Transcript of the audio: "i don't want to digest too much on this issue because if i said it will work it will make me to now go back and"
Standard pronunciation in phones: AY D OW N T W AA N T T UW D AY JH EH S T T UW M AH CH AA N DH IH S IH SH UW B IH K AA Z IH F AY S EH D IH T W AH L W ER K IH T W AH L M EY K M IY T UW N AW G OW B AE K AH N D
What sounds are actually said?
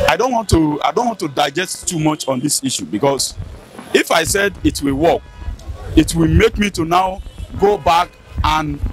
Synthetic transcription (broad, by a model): AY D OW N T W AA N T T UW D AY JH EH S T T UW M AH CH AA N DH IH S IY SH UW B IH K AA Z IH F AY S EH D IH T W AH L W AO K IH T W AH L M EY K M IY T UW N AW G OW B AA K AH N